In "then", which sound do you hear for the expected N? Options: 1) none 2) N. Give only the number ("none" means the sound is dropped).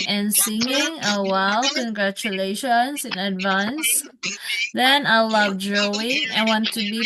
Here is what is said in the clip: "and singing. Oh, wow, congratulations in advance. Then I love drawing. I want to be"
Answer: 2